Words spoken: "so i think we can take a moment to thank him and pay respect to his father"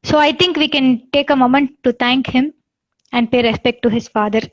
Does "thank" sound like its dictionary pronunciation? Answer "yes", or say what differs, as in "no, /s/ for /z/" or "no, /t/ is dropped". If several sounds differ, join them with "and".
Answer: no, /t/ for /θ/